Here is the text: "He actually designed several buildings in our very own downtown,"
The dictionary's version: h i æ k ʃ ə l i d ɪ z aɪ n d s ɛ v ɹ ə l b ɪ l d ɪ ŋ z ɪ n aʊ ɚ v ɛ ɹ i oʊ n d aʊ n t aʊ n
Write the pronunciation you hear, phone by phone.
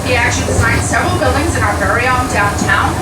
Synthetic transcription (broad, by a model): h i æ k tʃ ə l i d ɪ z aɪ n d s ɛ v ɹ l b ɪ l d ɪ ŋ z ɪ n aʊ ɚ v ɛ ɹ i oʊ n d aʊ n t aʊ n